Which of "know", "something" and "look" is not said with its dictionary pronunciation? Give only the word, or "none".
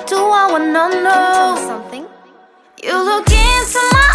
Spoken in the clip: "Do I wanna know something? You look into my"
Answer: none